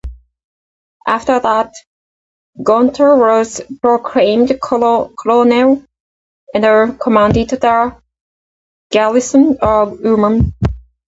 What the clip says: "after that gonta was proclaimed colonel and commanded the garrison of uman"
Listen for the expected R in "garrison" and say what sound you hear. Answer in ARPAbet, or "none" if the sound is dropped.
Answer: L